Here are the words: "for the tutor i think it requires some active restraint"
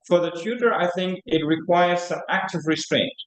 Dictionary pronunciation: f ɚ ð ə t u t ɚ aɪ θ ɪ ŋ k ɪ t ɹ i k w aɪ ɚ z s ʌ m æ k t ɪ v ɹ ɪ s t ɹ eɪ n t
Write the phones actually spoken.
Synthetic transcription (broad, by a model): f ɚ ð ə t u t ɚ aɪ θ ɪ ŋ k ɪ t ɹ i k w aɪ ɚ z s ʌ m æ k t ɪ v ɹ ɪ s t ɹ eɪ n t